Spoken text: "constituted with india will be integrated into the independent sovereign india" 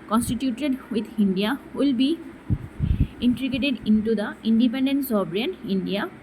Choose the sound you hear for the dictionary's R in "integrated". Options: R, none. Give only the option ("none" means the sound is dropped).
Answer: none